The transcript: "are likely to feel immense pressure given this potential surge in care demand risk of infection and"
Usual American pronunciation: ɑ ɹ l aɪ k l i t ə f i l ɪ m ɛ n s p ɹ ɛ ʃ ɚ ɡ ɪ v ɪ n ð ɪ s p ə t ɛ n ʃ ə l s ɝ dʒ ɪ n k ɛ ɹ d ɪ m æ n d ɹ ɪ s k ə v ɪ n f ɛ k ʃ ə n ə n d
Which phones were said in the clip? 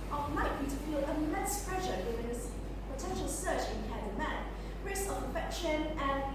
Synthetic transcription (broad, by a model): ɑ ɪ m aɪ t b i t ə f i l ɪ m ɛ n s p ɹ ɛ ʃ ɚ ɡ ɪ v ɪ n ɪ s p ə t ɛ n ʃ ə l s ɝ tʃ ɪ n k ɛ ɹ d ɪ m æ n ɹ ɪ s ə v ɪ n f ɛ k ʃ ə n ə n